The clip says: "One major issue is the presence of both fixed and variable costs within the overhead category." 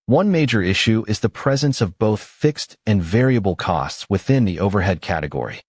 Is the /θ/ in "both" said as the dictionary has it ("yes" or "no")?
yes